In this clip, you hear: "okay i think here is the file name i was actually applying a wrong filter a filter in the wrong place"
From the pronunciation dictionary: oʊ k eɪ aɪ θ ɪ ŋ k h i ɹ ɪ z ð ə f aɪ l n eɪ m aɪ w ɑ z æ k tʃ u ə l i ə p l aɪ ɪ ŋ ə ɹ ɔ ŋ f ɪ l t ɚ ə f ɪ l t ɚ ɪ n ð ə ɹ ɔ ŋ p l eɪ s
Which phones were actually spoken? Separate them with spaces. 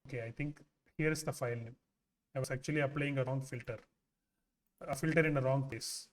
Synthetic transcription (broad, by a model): oʊ k eɪ aɪ t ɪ ŋ k h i ɹ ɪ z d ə f aɪ l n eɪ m aɪ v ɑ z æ k tʃ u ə l i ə p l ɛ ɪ ŋ ə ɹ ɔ ŋ f ɪ l t ɚ ə f ɪ l t ɚ ɪ n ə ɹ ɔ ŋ p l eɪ s